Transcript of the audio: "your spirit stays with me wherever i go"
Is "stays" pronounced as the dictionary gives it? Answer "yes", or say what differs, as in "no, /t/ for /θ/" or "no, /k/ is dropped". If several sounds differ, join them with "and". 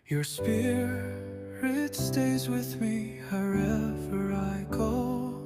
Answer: yes